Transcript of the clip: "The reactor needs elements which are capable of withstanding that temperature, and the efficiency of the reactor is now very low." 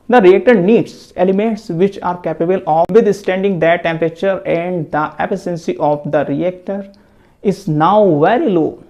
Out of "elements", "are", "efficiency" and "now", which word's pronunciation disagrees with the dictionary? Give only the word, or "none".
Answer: efficiency